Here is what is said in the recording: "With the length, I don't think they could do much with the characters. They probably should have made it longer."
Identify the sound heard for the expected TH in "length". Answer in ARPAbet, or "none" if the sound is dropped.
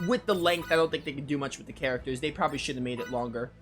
TH